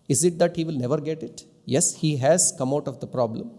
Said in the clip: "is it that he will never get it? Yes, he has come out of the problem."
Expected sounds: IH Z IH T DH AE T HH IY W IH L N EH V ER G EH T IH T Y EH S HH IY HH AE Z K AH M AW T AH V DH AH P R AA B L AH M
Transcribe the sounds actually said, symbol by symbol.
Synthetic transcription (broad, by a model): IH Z IH T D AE T HH IY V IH L N EH V ER G EH T IH T Y EH S HH IY HH AE Z K AH M AW T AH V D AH P R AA B L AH M